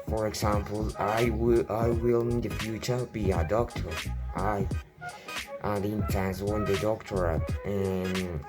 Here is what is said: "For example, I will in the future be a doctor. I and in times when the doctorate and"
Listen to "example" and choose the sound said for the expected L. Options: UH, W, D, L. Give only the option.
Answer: W